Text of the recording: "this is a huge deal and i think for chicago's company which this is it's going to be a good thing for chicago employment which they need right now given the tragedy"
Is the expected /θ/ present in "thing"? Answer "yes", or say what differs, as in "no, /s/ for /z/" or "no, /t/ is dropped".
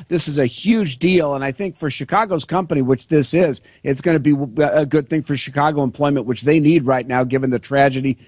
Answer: yes